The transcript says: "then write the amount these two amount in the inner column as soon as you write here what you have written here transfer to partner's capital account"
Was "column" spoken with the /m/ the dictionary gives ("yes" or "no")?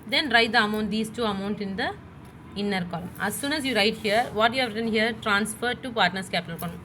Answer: yes